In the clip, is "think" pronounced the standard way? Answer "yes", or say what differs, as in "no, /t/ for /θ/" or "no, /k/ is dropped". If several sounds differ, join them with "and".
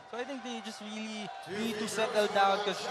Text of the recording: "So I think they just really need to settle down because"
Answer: no, /t/ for /θ/